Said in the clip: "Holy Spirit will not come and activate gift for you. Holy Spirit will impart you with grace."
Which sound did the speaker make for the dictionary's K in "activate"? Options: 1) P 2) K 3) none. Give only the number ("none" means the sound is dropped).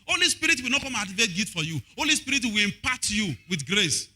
3